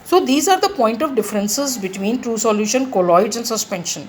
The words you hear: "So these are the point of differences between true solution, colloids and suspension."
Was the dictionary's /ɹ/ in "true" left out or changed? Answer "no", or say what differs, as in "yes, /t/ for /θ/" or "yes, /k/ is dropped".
no